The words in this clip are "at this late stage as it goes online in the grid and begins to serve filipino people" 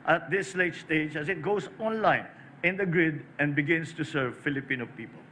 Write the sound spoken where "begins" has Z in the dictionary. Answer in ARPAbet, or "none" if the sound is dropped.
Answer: S